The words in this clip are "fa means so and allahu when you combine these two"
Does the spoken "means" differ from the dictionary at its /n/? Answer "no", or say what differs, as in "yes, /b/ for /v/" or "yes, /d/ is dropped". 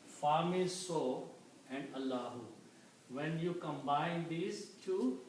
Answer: yes, /n/ is dropped